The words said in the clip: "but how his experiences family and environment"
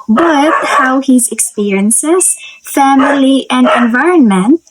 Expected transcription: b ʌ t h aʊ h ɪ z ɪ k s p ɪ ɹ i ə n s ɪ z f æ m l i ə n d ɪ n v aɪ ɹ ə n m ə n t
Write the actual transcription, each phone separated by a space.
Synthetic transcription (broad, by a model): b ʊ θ h aʊ h ɪ z ɪ k s p ɪ ɹ i ə n s ɪ z f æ m l i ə n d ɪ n v aɪ ɹ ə n m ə n t